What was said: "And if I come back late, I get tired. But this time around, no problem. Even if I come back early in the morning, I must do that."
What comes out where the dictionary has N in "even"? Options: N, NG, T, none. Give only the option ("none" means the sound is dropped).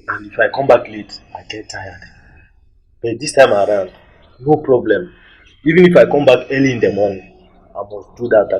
N